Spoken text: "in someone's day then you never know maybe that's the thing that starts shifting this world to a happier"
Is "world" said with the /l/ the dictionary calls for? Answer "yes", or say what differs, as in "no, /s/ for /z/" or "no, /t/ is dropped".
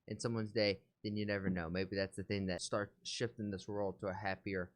yes